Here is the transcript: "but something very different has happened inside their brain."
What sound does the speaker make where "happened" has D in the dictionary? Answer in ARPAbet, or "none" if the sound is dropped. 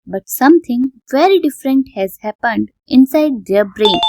D